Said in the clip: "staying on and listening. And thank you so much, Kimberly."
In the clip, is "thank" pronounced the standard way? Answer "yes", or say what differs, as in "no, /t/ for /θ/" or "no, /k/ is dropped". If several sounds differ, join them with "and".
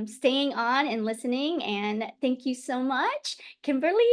yes